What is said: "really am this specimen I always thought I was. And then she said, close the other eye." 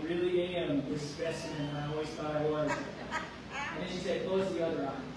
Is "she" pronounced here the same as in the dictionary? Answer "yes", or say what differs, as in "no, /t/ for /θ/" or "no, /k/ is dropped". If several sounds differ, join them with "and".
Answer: yes